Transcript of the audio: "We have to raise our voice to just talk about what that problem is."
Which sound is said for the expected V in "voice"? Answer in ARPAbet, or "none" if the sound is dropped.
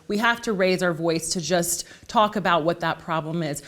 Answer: V